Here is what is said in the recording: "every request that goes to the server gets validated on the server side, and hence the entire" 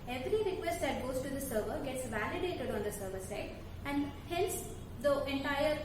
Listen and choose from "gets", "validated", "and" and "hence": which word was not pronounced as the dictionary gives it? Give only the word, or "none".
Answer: hence